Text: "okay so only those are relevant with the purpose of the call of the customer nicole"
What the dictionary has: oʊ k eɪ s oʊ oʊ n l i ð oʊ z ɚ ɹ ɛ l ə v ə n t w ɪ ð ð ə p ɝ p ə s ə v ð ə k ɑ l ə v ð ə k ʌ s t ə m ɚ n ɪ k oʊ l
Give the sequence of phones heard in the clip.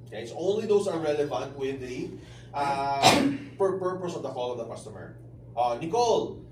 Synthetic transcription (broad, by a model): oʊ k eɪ s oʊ oʊ n l i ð oʊ s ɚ ɹ ɛ l ə v ə n t w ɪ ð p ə p ɝ p ə s ə v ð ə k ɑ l ə v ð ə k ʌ s t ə m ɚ n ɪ k oʊ l